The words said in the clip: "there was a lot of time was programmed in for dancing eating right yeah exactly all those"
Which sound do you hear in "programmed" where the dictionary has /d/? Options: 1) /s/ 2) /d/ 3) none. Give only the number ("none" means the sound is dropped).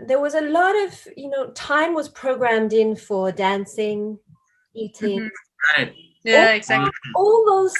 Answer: 2